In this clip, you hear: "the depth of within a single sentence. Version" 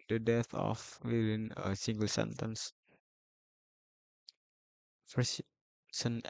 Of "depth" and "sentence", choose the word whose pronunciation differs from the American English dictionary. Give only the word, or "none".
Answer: depth